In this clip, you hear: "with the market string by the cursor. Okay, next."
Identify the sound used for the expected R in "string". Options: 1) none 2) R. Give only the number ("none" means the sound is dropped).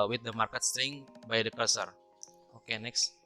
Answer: 1